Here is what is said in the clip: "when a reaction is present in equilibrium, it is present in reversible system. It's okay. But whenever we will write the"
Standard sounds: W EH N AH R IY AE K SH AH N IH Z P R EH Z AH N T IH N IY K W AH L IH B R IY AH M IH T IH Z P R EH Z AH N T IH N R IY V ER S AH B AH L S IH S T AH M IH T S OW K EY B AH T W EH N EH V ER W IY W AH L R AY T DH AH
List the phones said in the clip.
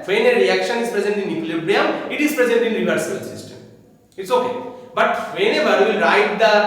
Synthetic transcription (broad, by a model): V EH N AH R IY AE K SH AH N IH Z P R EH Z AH N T IH N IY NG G L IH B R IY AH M IH T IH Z P R EH Z AH N T IH N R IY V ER S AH AH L S IH S T AH M IH T S OW K EY B AH T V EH N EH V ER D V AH L R AY T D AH